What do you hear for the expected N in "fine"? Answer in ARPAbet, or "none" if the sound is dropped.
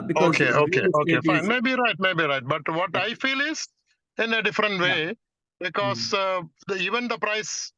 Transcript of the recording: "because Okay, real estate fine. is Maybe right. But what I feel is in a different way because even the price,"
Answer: none